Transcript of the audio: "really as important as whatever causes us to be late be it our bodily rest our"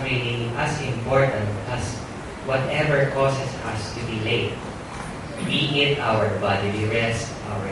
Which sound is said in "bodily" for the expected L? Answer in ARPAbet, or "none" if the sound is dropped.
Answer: W